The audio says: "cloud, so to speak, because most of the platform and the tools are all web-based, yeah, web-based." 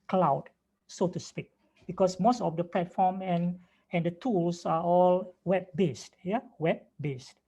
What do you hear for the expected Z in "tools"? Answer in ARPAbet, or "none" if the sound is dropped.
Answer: S